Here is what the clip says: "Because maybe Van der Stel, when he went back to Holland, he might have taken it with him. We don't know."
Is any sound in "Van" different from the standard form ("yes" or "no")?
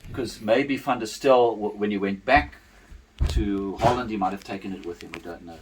yes